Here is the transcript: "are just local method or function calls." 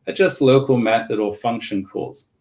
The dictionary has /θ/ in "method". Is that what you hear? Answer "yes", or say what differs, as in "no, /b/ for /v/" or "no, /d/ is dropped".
yes